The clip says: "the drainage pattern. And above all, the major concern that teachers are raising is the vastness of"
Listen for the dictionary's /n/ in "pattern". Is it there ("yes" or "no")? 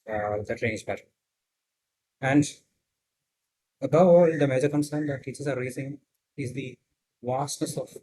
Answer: no